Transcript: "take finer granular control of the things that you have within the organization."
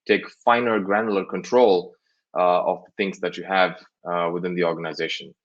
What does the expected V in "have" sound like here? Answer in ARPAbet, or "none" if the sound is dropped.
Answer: V